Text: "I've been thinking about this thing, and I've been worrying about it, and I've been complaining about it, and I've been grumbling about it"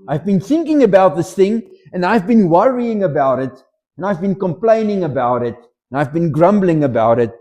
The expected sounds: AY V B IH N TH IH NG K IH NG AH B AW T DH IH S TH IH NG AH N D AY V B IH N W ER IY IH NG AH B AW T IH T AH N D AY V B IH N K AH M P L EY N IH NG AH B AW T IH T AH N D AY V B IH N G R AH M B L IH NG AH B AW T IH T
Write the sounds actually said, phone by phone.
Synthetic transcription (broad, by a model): AY V B IH N TH IH NG K IH NG AH B AW T DH IH S TH IH NG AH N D AY V B IH N W ER IY IH NG AH B AW T IH T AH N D AY V B IH N K AH M P L EY N IH NG AH B AW T IH T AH N AY V B IH N G R AH M B L IH NG AH B AW T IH T